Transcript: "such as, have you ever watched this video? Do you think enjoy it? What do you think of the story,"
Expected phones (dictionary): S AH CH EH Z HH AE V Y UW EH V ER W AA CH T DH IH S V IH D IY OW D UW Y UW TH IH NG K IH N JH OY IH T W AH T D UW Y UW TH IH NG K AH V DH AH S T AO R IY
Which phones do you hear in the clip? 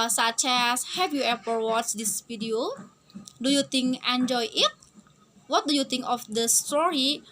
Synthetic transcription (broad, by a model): S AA CH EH S HH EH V Y UW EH P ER W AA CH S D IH S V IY D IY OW D UW Y UW T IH NG K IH N JH OY IH T W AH T D UW Y UW T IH NG K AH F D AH S T AO R IY